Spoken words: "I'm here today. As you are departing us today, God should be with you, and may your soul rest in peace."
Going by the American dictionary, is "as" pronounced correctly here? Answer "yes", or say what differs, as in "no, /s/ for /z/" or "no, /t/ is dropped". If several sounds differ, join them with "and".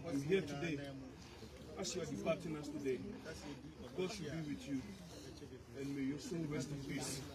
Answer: no, /s/ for /z/